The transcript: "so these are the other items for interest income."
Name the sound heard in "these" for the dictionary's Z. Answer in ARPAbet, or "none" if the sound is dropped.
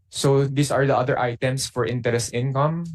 S